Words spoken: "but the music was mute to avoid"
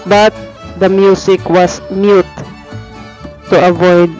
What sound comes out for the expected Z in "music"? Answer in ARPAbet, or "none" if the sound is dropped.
S